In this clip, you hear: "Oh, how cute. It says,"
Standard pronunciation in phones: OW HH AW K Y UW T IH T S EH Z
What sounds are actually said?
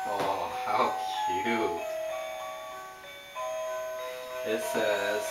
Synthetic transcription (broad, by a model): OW HH AW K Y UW IH T S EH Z